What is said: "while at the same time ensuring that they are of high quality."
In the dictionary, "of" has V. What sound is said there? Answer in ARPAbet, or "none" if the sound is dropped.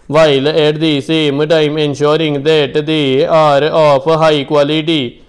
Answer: P